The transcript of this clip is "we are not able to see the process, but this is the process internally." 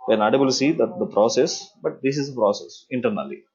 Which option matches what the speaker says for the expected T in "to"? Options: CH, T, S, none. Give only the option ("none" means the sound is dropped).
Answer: S